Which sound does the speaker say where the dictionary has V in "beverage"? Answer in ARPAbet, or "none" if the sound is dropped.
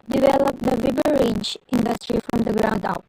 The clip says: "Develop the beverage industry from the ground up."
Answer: B